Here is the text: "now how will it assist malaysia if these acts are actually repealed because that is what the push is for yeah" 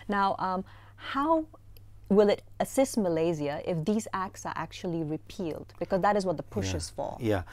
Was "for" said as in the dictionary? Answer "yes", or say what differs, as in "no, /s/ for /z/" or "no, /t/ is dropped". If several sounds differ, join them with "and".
no, /l/ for /ɹ/